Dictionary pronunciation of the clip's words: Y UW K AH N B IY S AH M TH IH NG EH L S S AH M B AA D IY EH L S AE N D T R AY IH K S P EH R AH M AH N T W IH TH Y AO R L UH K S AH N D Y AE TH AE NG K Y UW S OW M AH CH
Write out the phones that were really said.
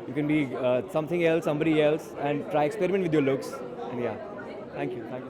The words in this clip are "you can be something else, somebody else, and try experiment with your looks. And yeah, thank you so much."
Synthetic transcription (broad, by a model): Y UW K AH N B IY S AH M T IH NG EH L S S AH M B AA D IY EH L S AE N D T R AY IH K S P EH R AH M AH N T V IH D Y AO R L UH K S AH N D Y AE T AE NG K Y UW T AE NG